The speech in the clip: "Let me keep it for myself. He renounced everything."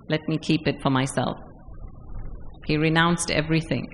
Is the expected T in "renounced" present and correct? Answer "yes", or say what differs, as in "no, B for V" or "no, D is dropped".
yes